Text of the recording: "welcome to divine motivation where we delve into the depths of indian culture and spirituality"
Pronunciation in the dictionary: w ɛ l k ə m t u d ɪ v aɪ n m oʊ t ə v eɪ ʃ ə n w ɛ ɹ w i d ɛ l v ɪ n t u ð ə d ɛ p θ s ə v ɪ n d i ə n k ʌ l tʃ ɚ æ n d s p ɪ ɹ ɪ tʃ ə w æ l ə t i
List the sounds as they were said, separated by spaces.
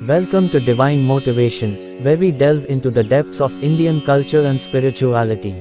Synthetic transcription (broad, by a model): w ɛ l k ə m t u d ɪ v aɪ n m oʊ t ə v eɪ ʃ ə n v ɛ ɹ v i d ɛ l v ɪ n t u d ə d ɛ p t s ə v ɪ n d i ə n k ʌ l tʃ ɚ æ n d s p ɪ ɹ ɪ tʃ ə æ l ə t i